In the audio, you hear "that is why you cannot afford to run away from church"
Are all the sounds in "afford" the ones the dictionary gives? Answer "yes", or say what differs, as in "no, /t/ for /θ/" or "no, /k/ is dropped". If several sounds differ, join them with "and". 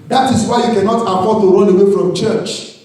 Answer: no, /p/ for /f/